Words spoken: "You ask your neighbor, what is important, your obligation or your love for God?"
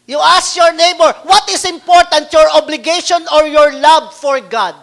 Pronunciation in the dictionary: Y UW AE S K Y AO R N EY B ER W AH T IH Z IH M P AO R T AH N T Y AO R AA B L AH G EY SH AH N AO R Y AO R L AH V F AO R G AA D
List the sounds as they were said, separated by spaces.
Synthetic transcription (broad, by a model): Y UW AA S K Y AO R N EY B ER W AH T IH S IH M P AO R T AH N T Y AO R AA B L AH G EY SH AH N AO R Y AO R L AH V F AO R G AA D